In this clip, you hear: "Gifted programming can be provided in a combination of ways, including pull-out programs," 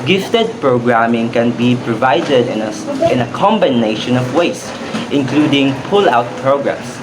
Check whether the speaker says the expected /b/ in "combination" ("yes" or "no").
yes